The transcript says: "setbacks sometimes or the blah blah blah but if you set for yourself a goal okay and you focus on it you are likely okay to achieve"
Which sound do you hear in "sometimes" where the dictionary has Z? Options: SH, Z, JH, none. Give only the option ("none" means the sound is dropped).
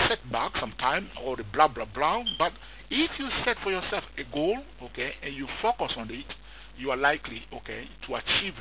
none